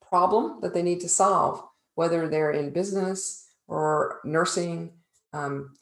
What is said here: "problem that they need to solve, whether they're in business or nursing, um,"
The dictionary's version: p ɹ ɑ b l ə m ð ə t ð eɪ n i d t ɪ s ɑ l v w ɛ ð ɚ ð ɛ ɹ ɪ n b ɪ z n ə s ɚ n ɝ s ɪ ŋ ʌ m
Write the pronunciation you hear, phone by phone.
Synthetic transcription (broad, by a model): p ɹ ɑ b l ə m ð ə t ð eɪ n i d t ɪ s ɑ l v w ɛ ð ɚ ð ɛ ɹ ɪ n b ɪ z n ə s ɚ n ɝ s ɪ ŋ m